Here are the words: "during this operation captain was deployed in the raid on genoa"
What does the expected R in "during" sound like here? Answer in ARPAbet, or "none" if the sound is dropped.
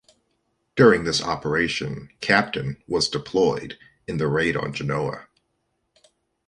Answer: R